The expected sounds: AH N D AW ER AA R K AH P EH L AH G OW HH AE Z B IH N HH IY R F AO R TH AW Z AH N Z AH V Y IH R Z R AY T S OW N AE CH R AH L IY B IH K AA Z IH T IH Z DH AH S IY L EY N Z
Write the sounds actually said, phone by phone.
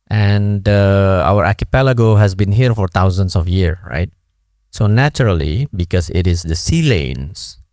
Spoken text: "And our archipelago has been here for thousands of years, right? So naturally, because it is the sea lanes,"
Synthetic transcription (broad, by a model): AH N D AW ER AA K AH P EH L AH G OW HH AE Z B IH N HH IY R F AO R T AW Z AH N S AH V Y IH R R AY T S OW N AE CH R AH L IY B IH K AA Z IH T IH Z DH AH S IY L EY N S